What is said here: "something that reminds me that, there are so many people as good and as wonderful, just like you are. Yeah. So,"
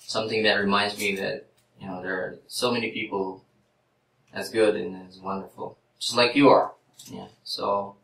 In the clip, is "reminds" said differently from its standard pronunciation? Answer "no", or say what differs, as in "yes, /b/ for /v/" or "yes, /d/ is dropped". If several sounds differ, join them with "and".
no